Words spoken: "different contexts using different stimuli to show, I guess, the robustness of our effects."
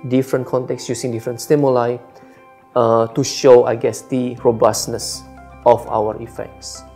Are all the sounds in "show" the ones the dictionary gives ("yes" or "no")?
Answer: yes